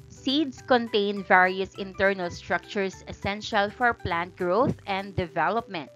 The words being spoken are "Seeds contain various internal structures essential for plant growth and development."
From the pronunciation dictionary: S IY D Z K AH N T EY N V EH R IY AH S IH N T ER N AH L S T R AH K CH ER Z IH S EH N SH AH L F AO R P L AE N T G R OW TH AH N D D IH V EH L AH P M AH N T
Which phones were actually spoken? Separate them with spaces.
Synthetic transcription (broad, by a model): S IY D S K AH N T EY N V EH R IY AH S IH N T ER N AH L S T R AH K CH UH S IH S EH N SH AH L F AO R P L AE N T G R OW TH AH N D D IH V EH L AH P M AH N T